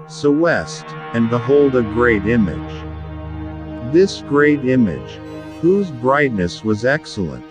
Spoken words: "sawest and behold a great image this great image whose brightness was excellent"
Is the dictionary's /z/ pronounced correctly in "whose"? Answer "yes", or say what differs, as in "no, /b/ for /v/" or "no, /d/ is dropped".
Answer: yes